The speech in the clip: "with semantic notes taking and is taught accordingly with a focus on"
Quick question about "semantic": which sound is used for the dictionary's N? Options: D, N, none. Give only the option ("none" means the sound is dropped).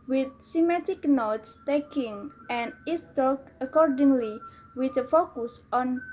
none